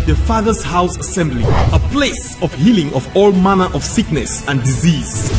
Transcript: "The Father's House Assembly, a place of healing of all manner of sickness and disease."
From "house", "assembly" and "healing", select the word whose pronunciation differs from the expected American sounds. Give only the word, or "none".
none